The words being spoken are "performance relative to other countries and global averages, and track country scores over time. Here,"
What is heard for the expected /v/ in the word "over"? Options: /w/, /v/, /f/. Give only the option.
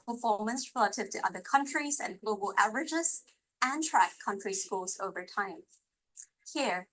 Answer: /v/